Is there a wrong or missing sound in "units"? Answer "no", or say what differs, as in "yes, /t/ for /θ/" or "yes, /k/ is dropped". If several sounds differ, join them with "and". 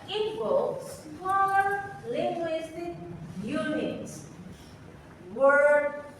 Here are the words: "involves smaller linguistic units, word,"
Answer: yes, /s/ is dropped